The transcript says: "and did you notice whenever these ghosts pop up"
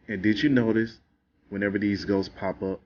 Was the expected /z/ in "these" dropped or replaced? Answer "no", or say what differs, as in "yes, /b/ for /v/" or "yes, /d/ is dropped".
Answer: no